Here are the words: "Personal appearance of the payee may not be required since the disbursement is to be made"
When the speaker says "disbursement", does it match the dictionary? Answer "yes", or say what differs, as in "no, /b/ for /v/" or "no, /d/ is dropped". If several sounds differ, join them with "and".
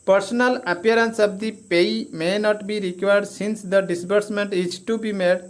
yes